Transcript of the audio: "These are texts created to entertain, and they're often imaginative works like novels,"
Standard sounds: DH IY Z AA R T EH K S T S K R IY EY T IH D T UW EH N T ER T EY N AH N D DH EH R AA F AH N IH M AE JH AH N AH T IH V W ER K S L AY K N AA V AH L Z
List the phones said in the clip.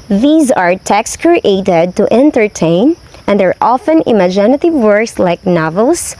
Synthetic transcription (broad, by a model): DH IY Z AA R T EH K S S K R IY EY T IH D T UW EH N T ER T EY N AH N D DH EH R AA F AH N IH M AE JH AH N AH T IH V W ER K S L AY K N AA V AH L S